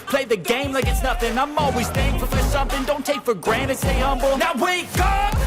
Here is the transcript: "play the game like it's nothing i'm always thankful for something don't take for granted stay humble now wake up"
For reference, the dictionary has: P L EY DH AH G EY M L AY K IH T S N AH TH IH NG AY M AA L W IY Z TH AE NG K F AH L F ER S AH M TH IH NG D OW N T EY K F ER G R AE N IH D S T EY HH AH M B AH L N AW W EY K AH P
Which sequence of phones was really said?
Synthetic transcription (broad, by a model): P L EY DH AH G EY M L AY K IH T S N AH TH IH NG AY M AA L W IY Z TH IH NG F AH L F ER S AH M TH IH NG D OW N T EY K F ER G R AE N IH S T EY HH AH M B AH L N AW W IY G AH